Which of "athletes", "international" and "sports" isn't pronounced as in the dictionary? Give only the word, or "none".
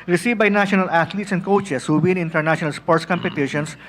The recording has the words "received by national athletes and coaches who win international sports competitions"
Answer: athletes